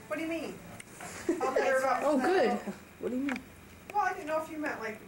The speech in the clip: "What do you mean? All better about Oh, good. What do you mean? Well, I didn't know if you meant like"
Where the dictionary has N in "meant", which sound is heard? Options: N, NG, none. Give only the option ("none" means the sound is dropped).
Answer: none